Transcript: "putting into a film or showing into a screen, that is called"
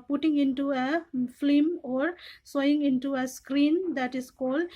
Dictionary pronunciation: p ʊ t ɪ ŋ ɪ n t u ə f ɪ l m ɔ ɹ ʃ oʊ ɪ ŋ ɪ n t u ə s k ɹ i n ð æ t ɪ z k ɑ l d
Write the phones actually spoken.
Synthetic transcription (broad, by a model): p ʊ t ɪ ŋ ɪ n t u ə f l m ɔ ɹ s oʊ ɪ ŋ ɪ n t u ə s k ɹ i n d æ t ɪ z k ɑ l d